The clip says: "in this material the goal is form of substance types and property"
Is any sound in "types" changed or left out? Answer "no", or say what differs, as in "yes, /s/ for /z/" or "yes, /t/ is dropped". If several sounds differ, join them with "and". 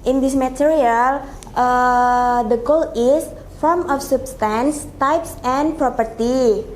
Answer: no